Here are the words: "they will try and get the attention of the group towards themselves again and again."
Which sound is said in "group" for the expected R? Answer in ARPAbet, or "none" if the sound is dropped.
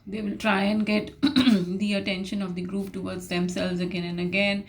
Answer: R